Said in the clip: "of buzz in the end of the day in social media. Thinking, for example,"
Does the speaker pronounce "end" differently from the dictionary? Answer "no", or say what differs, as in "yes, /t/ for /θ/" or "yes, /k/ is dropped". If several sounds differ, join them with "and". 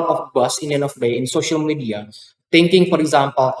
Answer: yes, /d/ is dropped